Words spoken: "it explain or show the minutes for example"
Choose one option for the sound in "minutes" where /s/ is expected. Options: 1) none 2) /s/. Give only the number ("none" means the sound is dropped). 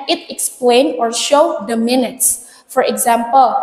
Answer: 2